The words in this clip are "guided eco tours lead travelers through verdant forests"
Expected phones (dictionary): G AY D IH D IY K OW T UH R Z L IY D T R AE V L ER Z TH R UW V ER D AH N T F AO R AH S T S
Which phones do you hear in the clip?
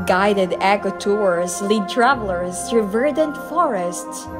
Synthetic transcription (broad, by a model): G AY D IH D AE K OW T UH R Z L IY D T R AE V L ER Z T R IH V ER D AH N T F AO R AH S T S